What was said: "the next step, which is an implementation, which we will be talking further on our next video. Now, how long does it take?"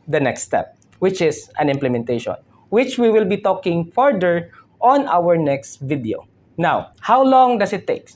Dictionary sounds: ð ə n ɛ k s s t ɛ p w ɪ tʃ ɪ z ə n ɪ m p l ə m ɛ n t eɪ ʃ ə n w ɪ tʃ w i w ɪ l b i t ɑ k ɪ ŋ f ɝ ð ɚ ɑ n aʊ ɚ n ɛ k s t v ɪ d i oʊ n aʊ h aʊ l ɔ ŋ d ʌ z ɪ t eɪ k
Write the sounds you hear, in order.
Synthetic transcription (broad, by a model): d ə n ɛ k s s t ɛ p w ɪ tʃ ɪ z ə n ɪ m p l ə m ɛ n t eɪ ʃ ə n w ɪ tʃ w i w ɪ l b i t ɑ k ɪ ŋ f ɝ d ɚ ɑ n aʊ ɚ n ɛ k s t v ɪ d i oʊ n aʊ h aʊ l ɔ ŋ d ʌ s ɪ t eɪ k